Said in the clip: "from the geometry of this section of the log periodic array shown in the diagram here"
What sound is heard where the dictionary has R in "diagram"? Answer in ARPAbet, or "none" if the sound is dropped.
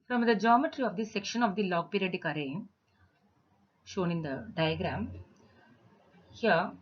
R